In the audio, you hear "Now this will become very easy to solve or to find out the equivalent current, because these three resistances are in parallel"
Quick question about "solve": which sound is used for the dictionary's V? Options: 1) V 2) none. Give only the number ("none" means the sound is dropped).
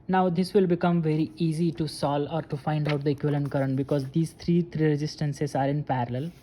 2